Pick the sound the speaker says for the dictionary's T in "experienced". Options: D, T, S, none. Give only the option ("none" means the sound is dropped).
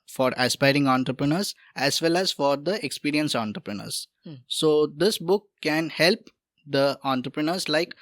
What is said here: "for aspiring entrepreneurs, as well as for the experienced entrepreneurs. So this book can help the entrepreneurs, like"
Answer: none